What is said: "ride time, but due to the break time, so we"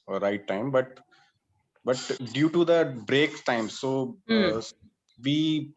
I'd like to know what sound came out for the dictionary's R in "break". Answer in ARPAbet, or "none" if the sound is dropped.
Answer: R